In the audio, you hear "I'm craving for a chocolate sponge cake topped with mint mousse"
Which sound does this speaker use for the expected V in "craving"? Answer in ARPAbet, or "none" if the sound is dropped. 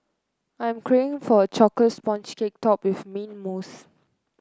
none